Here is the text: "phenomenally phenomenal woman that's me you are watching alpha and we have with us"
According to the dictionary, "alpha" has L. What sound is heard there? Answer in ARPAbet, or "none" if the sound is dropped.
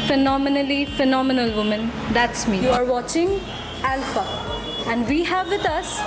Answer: L